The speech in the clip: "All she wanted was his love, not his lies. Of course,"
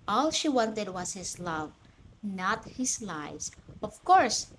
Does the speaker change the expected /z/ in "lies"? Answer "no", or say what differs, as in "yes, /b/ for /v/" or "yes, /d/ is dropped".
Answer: yes, /s/ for /z/